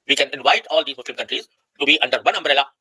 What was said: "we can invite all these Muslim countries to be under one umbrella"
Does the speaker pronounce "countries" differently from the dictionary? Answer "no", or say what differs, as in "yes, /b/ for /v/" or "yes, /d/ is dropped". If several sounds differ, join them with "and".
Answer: no